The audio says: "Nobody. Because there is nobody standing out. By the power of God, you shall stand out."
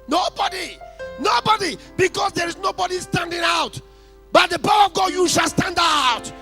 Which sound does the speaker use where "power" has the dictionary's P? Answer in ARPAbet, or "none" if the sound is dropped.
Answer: B